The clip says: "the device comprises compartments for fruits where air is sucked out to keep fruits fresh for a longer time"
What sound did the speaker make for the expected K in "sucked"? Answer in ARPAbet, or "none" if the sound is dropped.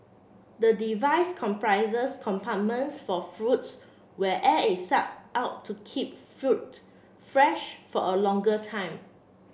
none